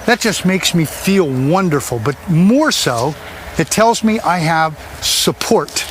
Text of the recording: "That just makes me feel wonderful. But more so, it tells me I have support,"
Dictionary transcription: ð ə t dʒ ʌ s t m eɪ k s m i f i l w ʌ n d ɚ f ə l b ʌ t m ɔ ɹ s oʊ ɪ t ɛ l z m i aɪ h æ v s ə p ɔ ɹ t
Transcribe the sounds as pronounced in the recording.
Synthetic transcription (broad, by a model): ð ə t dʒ ʌ s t m eɪ k s m i f i l w ʌ n d ɚ f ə l b ʌ t m ɔ ɹ s oʊ ɪ t ɛ l z m i aɪ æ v s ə p ɔ ɹ t